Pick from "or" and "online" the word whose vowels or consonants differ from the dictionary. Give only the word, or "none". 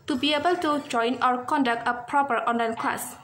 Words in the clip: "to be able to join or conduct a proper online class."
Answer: or